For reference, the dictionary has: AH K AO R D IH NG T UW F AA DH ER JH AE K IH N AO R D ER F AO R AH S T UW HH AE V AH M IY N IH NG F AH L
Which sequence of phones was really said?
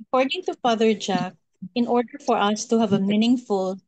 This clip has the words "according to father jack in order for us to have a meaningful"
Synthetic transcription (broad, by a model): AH K AO R D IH NG T UW F AA DH ER JH AE K IH N AO R D ER F AO R AH S T UW HH AE V AH M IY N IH NG F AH L